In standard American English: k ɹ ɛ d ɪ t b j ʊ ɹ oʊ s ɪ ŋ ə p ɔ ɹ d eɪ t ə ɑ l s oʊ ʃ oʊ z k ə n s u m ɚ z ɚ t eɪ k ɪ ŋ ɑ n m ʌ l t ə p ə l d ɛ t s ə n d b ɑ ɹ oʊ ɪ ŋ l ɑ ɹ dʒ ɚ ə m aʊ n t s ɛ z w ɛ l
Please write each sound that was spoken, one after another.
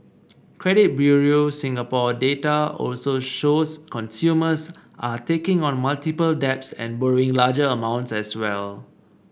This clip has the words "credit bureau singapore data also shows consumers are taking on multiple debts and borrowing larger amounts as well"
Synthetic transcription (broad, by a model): k ɹ ɛ d ɪ t b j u ɹ oʊ s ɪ ŋ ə p ɔ d eɪ t ə ɑ l s oʊ ʃ oʊ s k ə n s u m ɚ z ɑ t eɪ k ɪ ŋ ɑ n m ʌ l t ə p ə l d ɛ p s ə n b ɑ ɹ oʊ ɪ ŋ l ɑ dʒ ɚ ə m aʊ n t s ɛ s w ɛ l